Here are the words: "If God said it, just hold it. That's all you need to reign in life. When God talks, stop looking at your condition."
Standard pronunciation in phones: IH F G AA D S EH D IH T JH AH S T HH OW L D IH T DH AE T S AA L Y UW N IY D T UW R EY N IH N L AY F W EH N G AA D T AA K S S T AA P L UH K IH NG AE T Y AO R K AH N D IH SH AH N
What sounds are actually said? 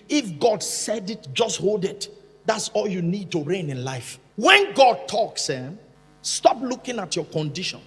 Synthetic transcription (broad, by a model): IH F G AA D S EH D IH T JH AH S T HH OW L D IH T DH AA T S AA L Y UW N IY D T UW R EY N IH N L AY F W EH N G AA D T AA K S S T AA P L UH K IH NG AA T Y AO K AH N D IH SH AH N